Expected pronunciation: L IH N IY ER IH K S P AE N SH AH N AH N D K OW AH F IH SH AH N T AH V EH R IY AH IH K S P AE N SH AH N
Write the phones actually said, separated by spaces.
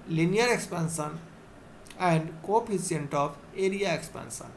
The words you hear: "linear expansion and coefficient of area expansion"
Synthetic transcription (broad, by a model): L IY N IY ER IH K S P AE N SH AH N AH N D K OW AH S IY AH N T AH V EH R IY AH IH K S P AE N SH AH N